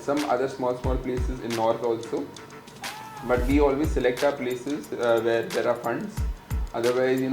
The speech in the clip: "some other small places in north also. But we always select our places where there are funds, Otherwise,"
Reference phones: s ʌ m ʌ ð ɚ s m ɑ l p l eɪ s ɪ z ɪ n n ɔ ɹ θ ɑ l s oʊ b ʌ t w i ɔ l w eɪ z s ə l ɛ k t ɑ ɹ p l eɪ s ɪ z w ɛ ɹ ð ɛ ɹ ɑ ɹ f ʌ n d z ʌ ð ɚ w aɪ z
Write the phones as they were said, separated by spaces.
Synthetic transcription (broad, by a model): s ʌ m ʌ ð ɚ s m ɑ l p l eɪ s ɪ z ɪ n n ɔ ɹ t ɑ l s oʊ b ʌ t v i ɔ l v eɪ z s ə l ɛ k t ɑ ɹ p l eɪ s ɪ z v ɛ ɹ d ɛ ɹ ɑ ɹ f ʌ n d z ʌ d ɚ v aɪ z